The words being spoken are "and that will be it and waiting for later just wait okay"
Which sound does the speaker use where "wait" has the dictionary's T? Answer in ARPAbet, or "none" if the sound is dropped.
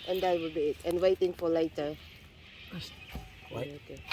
none